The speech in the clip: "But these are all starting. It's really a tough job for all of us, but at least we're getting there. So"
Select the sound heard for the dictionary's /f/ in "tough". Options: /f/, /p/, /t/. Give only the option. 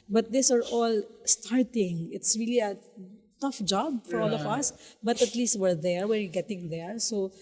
/f/